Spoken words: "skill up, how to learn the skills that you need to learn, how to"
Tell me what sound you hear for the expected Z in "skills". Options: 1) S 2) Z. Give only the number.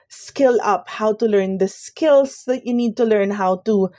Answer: 1